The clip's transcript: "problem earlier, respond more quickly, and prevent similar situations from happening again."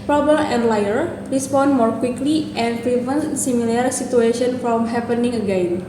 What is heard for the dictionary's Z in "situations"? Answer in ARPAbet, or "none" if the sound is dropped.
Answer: none